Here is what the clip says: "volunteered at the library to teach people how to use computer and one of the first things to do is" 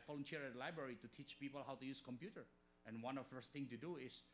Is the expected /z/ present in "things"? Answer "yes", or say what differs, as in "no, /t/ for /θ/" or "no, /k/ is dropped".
no, /z/ is dropped